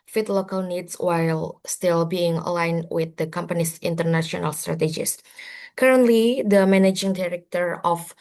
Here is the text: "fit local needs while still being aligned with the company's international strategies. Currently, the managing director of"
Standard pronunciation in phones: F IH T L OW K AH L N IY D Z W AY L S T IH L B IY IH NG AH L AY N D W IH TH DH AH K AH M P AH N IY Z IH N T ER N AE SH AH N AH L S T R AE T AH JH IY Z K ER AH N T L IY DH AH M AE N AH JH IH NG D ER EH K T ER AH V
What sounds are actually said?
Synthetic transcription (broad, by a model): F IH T L OW K AH L N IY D S W AY L S T IH L B IY IH NG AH L AY N W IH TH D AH K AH M P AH N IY S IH N T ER N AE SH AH N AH L S T R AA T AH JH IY S K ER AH N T L IY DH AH M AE N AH JH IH NG D ER EH K T ER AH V